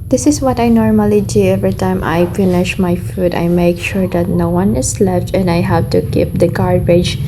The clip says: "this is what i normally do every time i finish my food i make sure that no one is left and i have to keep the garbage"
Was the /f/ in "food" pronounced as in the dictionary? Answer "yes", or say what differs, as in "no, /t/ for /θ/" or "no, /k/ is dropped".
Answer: yes